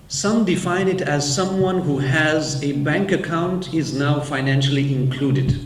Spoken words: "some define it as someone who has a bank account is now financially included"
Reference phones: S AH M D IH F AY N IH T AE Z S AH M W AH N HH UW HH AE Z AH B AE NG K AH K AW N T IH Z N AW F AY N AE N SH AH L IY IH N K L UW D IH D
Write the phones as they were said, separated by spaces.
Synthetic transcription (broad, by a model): S AH M D IH F AY N IH T AE Z S AH M W AH N HH UW HH AE Z AH B AE NG K AH K AW N T IH Z N AW F AY N AE N SH AH L IY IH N K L UW D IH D